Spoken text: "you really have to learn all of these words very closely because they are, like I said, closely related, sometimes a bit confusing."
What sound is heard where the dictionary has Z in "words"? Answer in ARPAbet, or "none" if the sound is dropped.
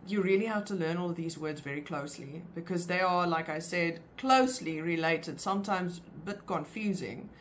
Z